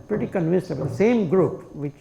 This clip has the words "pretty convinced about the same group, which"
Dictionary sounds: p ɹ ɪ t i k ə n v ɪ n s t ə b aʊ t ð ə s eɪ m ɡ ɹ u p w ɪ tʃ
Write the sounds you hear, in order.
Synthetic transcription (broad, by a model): p ɹ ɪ t i k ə n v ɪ n s ə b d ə s eɪ m ɡ ɹ u p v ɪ tʃ